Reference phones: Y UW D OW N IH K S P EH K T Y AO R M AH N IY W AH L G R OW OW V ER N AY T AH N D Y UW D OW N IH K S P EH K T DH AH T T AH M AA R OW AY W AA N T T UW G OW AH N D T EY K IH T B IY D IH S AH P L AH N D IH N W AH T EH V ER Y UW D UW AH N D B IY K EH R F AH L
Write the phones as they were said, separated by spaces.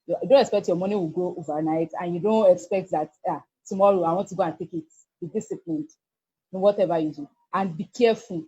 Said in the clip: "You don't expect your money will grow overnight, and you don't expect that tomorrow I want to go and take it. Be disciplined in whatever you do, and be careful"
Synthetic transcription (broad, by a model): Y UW D OW N IH K S P EH K T Y AO M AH N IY W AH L G OW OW V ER N AY T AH N Y UW D OW N IH K S P EH K T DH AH T T AH M AA R OW AY W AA N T T UW G OW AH N T EY K IH T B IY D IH S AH P L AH N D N W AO T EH V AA Y UW D UW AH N B IY K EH F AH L